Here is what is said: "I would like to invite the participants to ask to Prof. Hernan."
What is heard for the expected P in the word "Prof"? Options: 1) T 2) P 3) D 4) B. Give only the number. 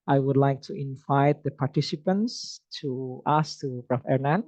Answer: 4